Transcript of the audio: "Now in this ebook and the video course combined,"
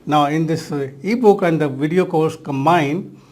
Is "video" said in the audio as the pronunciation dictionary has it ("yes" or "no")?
yes